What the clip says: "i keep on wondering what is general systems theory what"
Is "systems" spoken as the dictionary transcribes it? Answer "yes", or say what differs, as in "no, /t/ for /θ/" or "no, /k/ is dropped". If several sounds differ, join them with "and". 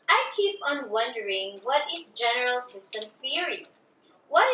no, /z/ is dropped